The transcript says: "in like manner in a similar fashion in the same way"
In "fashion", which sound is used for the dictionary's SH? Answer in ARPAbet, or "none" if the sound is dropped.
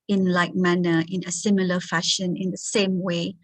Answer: SH